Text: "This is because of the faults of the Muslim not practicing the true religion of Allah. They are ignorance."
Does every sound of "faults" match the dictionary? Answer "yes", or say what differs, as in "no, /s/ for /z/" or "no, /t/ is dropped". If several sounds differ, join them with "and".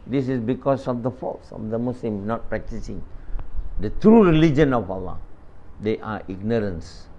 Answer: yes